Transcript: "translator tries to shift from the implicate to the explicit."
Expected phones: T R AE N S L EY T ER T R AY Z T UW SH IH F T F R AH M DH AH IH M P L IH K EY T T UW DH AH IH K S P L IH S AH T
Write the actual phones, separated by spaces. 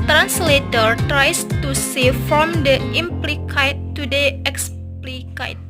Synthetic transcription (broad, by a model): T R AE N S L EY T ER T R AY S T UW S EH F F R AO M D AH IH M P L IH K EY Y T UW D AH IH K S P L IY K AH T